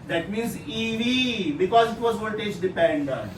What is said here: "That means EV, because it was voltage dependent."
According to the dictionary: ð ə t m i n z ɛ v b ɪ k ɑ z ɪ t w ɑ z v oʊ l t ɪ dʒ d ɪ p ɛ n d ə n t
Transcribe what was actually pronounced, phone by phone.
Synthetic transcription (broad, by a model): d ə t m i n z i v b ɪ k ɑ z ɪ t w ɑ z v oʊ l t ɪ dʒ d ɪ p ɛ n d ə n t